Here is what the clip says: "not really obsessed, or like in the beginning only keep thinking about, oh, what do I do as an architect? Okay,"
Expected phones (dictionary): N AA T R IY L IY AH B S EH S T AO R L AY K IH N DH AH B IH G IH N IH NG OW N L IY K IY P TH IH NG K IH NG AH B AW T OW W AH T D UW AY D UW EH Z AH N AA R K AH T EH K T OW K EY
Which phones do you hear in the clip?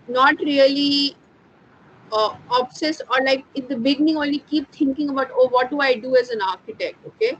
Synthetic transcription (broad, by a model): N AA T R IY L IY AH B S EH S AO R L AY K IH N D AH B IH G IH N IH NG OW N L IY K IY P T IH NG K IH NG AH B AW T OW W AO T D UW AY D UW EH Z AH N AA R K AH T EH K T OW K EY